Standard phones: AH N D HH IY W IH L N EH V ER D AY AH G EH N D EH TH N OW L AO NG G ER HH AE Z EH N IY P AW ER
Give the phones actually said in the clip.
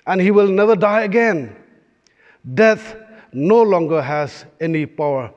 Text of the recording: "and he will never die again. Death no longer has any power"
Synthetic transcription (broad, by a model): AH N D HH IY W IH L N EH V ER D AY AH G EH N D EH T N OW L AO NG G ER HH AE Z EH N IY P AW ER